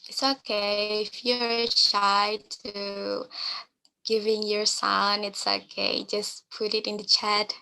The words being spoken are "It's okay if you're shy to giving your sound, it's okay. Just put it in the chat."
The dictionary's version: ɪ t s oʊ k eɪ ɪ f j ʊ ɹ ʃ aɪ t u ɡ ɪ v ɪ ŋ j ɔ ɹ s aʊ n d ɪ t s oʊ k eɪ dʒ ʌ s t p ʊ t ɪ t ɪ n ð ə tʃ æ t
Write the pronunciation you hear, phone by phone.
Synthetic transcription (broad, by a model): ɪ t s oʊ k eɪ ɪ f j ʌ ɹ ʃ aɪ t u ɡ ɪ v ɪ ŋ j ɔ ɹ s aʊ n ɪ t s oʊ k eɪ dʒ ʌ s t p ʊ t ɪ t ɪ n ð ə tʃ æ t